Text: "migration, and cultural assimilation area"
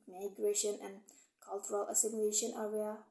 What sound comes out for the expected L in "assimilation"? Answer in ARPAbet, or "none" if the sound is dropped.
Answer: none